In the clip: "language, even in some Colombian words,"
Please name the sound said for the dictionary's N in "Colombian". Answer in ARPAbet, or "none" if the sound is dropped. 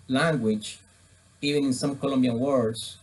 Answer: N